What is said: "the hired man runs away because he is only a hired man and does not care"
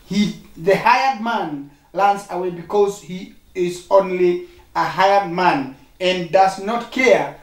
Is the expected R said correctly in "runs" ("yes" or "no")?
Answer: no